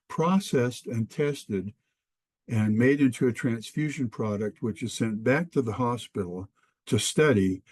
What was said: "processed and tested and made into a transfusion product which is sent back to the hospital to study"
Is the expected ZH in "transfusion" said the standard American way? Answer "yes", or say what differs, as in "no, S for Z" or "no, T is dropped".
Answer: yes